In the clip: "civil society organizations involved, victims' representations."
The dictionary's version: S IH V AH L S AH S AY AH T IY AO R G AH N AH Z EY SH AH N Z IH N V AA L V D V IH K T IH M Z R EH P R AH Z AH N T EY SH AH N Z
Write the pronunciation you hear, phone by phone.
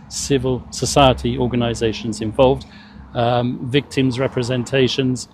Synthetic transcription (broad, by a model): S IH V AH L S AH S AY AH T IY AO G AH N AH Z EY SH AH N Z IH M V AA L V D V IH K T IH M Z R EH P R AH Z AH N T EY SH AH N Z